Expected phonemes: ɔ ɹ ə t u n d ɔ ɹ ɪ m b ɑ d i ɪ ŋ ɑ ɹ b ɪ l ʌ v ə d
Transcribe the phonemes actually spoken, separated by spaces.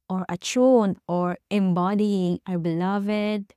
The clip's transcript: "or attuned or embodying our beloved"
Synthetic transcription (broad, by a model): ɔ ɹ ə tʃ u n ɔ ɹ ɪ m b ɑ d i ɪ ŋ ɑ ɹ b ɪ l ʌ v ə d